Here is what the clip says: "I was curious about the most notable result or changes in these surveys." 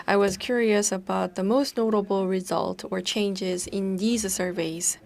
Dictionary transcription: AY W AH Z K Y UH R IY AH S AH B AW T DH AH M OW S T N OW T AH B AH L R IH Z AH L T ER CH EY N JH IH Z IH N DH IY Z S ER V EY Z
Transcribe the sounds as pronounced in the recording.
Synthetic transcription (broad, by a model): AY W AH Z K Y UH R IY AH S AH B AW T DH AH M OW S T N OW T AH B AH L R IH Z AH L T ER CH EY N JH IH Z IH N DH IY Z S ER V EY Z